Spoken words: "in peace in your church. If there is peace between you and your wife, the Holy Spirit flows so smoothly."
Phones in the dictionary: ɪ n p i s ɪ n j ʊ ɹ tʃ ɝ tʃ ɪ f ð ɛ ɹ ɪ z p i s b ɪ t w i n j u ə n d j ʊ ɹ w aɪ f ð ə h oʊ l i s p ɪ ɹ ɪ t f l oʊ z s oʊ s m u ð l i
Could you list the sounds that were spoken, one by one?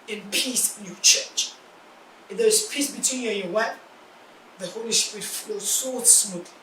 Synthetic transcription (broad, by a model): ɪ n p i s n j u tʃ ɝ tʃ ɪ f ð ɛ ɹ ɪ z p i s b ɪ t w i n j u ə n j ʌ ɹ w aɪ p ð ə h oʊ l i s p ɹ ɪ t f oʊ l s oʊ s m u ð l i